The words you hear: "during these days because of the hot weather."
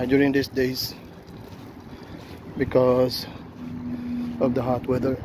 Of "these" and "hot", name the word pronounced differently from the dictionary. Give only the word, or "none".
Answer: these